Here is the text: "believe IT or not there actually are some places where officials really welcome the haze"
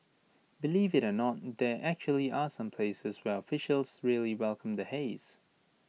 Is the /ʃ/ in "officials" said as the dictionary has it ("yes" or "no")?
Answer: yes